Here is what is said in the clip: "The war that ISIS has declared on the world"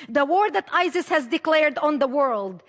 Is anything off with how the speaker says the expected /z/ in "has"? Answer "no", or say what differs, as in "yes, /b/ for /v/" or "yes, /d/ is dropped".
no